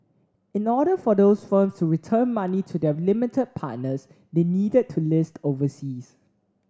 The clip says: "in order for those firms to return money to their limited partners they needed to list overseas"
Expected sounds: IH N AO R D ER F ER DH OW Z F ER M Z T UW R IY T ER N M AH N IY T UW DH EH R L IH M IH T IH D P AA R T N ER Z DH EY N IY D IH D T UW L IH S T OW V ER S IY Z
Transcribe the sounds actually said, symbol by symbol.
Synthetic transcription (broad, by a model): IH N AO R D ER F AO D OW S F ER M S T UW R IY T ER N M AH N IY T UW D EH L IH M IH T IH D P AA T N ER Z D EY N IY D IH D T UW L IH S T OW V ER S IY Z